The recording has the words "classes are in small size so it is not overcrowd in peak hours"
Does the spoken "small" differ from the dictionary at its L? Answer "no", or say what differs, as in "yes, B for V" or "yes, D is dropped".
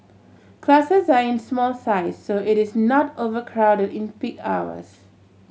no